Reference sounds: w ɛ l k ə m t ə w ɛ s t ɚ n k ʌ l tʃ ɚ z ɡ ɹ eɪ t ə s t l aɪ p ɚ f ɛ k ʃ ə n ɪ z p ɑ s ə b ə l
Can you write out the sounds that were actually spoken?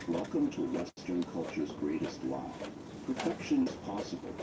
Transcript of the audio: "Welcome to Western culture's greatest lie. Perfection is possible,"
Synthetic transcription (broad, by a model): w ɛ l k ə m t ə w ɛ s t ɚ n k ʌ l tʃ ɚ z ɡ ɹ eɪ t ə s t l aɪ p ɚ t ɛ k ʃ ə n ɪ z p ɑ s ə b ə l